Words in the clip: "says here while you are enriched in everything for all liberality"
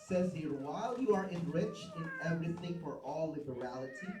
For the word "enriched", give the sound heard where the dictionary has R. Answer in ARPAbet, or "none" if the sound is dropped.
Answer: R